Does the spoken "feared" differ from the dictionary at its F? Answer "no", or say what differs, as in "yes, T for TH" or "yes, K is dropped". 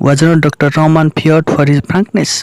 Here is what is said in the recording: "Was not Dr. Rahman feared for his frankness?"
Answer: yes, P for F